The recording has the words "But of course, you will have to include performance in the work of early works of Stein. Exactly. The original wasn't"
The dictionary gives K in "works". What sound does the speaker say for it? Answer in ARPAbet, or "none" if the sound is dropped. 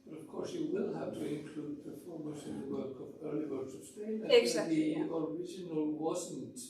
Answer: none